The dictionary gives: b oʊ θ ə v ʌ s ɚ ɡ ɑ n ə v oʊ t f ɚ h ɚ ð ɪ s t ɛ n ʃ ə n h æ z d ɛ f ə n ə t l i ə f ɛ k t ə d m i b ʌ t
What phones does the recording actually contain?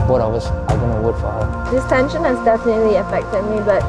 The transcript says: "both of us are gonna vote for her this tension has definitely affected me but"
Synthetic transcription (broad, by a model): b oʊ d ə w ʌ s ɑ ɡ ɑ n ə w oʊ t f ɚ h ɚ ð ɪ s t ɛ n ʃ ə n h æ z d ɛ f ə n ə t l i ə f ɛ k t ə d m i b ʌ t